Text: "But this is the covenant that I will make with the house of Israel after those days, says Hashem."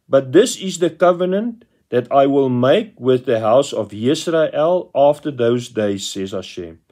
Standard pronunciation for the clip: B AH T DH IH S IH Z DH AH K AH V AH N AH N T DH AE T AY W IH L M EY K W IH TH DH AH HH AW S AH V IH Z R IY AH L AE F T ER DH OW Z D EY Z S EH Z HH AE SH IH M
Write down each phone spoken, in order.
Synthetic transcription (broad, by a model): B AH T DH IH S IH Z DH AH K AH V AH N AH N T DH AE T AY W IH L M EY K W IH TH DH AH HH AW S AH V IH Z R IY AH L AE F T ER DH OW Z D EY Z S EH Z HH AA SH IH M